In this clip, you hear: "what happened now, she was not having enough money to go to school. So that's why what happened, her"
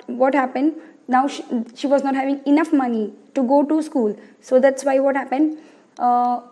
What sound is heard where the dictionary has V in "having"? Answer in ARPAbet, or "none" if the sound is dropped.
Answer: V